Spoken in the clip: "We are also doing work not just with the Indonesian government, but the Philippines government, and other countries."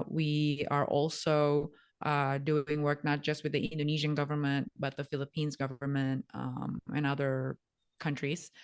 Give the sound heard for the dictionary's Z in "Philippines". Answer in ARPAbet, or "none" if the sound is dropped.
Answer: Z